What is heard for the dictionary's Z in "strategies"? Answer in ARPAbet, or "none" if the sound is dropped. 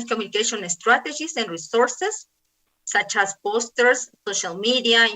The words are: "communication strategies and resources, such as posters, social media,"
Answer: S